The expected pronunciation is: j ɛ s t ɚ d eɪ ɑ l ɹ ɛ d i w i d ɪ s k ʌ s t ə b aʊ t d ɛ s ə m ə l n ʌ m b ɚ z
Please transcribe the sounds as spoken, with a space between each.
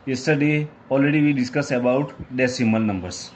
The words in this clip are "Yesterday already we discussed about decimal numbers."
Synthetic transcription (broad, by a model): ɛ s t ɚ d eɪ ɑ l ɹ ɛ d i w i d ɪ s k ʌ s ə b aʊ t d ɛ s ə m ə l n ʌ m b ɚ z